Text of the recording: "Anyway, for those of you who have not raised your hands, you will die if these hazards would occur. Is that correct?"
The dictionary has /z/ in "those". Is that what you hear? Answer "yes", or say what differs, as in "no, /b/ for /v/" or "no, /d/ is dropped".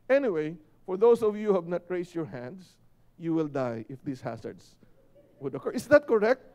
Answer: no, /s/ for /z/